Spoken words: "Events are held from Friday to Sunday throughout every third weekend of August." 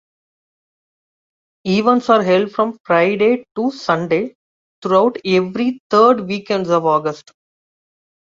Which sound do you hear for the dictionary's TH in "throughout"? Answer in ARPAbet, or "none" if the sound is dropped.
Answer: T